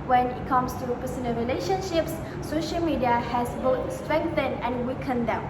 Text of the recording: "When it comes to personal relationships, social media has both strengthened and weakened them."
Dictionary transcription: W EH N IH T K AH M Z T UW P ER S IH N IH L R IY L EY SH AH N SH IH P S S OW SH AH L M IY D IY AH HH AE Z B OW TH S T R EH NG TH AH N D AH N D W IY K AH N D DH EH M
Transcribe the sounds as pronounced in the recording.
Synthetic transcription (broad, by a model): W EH N IH T K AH M S T UW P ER S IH N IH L R IY L EY SH AH N SH IH P S S OW SH AH L M IY D IY AH HH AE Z B OW T S T R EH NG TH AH N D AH N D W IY K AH N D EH M